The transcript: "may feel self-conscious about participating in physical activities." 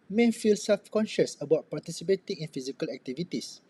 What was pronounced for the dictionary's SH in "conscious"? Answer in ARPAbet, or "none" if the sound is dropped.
SH